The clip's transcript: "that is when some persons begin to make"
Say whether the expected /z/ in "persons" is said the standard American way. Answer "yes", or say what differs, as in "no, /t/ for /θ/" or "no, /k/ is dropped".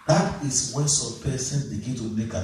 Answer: no, /z/ is dropped